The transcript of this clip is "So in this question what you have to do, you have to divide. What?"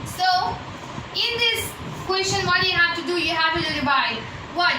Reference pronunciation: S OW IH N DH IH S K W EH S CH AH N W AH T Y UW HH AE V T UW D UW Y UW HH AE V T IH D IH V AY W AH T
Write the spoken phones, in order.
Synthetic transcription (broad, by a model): S OW IH N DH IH S K W EH S CH AH N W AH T Y UW HH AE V T UW D UW Y UW HH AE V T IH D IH B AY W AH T